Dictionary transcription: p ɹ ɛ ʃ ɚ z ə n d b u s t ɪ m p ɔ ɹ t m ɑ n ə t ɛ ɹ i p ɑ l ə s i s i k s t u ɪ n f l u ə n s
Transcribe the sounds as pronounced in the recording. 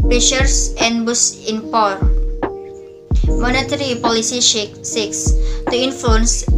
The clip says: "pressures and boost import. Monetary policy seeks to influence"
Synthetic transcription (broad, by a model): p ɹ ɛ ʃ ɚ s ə n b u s ɪ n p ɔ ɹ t m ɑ n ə t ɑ ɹ i p ɑ l ə s i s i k s t u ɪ n f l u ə n s